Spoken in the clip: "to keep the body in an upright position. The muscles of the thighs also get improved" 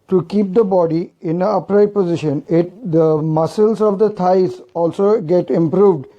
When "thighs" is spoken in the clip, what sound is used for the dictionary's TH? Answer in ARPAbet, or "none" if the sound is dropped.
T